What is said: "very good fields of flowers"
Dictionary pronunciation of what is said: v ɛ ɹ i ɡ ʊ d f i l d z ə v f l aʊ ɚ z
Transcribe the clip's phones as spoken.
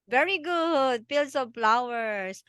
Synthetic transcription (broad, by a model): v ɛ ɹ i ɡ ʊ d p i l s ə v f l aʊ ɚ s